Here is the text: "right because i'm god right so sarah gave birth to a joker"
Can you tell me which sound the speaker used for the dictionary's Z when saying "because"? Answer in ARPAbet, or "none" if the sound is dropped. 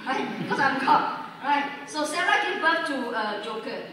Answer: S